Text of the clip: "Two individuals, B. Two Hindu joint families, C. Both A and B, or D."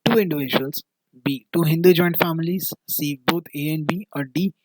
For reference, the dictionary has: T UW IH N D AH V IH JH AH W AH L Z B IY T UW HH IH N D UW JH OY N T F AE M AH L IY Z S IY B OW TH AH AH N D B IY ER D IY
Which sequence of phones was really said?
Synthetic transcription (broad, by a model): T UW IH N D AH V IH JH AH AH L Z B IY T UW HH IH N D UW JH OY N T F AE M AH L IY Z S IY B OW T AH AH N B IY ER D IY